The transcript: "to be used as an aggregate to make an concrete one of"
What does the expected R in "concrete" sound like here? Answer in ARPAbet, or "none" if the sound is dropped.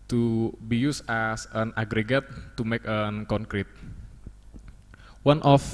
R